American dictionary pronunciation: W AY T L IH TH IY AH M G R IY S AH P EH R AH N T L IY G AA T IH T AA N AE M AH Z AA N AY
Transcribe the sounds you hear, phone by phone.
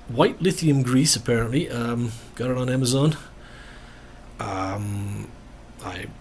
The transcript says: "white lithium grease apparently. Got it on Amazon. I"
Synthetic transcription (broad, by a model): W AY T L IH TH IY AH M G R IY S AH P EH R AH N T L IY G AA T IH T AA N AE M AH Z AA N AY